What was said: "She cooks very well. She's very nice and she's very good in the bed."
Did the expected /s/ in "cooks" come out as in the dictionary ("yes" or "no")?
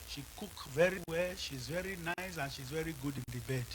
no